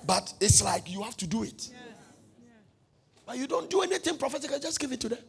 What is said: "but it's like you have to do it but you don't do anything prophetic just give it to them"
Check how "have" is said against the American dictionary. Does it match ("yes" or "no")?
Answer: no